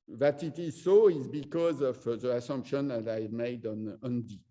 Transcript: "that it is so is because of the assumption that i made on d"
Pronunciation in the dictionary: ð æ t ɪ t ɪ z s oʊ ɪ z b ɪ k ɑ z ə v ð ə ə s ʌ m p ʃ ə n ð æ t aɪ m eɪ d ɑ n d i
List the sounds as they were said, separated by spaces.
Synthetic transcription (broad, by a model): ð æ t ɪ t ɪ z s oʊ ɪ z b ɪ k ɑ z ə v ð ə ə s ʌ m p ʃ ə n ð æ t aɪ m eɪ d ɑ n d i